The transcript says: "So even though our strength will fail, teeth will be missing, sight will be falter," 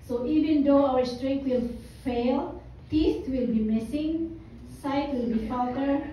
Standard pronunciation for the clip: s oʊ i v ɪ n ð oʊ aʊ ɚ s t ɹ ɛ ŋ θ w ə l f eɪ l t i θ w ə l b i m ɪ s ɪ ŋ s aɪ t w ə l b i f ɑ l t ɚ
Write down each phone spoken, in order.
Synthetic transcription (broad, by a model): s oʊ i v ɪ n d oʊ aʊ ɚ s t ɹ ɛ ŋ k w ə l f eɪ l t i t w ə l b i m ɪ s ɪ ŋ s aɪ t w ə l b i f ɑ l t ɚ